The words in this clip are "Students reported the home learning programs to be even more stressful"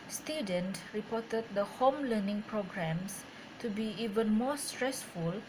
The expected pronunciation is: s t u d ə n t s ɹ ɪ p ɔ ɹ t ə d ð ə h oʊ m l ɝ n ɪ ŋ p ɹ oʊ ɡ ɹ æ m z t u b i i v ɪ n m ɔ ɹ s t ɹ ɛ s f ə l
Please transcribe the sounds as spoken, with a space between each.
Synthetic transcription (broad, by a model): s t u d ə n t ɹ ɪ p ɔ t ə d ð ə h oʊ m l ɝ n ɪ ŋ p ɹ oʊ ɡ ɹ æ m s t u b i i v ɪ n m ɔ s t ɹ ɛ s f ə l